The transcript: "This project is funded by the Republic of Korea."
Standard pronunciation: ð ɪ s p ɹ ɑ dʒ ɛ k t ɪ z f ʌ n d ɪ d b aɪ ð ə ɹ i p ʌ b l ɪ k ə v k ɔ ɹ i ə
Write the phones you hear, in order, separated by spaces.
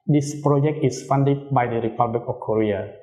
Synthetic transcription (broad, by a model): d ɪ s p ɹ ɑ dʒ ɛ k t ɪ s f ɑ n d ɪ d b aɪ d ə ɹ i p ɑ b l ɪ k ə f k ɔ ɹ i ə